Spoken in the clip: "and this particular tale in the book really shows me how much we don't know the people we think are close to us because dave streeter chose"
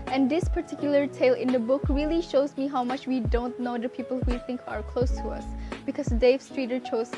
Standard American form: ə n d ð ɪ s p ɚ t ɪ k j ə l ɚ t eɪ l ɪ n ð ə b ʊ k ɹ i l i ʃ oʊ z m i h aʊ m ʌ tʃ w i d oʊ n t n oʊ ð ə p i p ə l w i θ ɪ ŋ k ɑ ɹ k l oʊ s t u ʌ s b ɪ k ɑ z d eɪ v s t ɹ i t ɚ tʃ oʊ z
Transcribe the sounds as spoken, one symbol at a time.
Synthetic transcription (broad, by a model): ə n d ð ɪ s p ɚ t ɪ k j ə l ɚ t eɪ l ɪ n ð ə b ʊ k ɹ i l i ʃ oʊ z m i h aʊ m ʌ tʃ w i d oʊ n t n oʊ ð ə p i p ə l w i θ ɪ ŋ k ɑ ɹ k l oʊ s t u ʌ s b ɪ k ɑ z d eɪ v s t ɹ i t ɚ tʃ oʊ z